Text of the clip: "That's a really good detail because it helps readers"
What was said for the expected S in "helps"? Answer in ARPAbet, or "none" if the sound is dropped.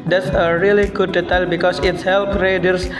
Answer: none